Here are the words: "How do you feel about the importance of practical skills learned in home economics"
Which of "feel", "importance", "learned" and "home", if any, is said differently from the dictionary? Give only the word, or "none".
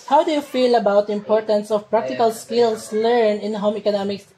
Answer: learned